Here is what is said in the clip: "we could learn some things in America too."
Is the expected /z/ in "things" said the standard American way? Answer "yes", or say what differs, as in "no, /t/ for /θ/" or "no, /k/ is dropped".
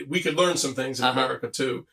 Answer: yes